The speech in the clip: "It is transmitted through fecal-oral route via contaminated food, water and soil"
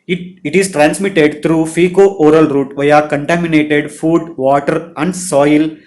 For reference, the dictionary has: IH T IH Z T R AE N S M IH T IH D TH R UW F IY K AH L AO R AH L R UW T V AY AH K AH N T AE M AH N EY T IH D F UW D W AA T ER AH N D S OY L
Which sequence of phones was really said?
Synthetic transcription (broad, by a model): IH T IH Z T R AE N S M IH T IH D T R UW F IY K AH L AO R AH L R UW T V AY AH K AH N T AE M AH N EY T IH D F UW D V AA T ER AH N D S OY L